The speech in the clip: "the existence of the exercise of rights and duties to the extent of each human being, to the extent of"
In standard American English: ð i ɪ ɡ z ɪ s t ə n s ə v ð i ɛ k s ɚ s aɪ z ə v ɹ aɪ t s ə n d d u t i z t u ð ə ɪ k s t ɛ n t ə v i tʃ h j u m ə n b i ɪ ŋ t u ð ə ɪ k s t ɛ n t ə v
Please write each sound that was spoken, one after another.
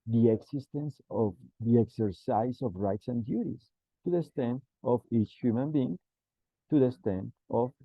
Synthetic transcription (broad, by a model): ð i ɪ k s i s t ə n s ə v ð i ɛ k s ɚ s aɪ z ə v ɹ aɪ t s ə n d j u t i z t u ð ə s t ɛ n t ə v i tʃ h j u m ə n b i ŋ t u ð ə s t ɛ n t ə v